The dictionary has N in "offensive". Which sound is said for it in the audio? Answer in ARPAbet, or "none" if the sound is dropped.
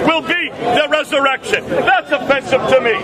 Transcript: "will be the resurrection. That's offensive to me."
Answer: none